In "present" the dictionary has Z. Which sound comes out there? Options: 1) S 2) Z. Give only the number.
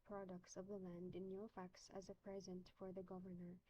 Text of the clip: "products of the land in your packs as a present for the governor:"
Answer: 2